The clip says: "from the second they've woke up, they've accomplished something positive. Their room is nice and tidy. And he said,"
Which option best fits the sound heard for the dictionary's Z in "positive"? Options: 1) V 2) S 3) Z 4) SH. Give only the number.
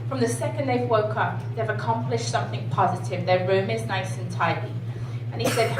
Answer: 3